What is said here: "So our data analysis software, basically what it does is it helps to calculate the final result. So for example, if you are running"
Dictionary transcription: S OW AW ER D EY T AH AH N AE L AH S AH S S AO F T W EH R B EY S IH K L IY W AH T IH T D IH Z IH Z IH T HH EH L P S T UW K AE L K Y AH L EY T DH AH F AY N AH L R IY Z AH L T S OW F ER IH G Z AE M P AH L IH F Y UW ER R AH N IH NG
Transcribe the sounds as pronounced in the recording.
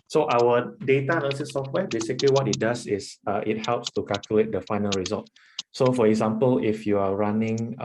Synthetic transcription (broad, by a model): S OW AW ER D EY T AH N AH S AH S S AO F T W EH B EY S IH K L IY W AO T IH T D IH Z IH S IH T HH EH L P S T UW K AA L K Y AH L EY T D AH F AY N AH L R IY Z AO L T S OW F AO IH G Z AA M P AH L IH F Y UW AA R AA N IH NG